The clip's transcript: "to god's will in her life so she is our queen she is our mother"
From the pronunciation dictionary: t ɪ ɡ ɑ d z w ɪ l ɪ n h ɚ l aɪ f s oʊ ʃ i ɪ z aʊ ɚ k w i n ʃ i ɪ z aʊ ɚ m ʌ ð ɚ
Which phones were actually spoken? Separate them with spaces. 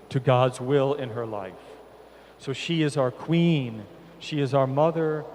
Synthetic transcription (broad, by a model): t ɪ ɡ ɑ d z w ɪ l ɪ n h ɚ l aɪ f s oʊ ʃ i ɪ z aʊ ɚ k w i n ʃ i ɪ z aʊ ɚ m ʌ ð ɚ